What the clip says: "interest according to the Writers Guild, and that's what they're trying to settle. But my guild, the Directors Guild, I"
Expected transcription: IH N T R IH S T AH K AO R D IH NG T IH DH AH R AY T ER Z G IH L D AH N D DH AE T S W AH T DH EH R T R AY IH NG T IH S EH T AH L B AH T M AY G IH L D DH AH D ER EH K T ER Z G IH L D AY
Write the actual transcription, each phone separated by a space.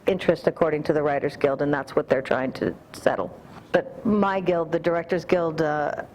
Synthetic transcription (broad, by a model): IH N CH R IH S T AH K AO R D IH NG T IH DH AH R AY T ER Z G IH L D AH N DH AE T S W AH T DH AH R T R AY IH NG T IH S EH T L B AH T M AY G IH L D DH AH D ER EH K T ER Z G IH L D